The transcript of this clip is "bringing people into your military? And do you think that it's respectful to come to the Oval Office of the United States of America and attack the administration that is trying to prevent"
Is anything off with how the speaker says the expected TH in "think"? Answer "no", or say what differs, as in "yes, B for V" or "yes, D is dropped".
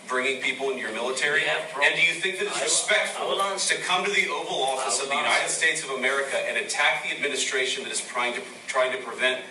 no